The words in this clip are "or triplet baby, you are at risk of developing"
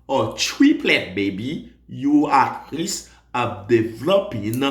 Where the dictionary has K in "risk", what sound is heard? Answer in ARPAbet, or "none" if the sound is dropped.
none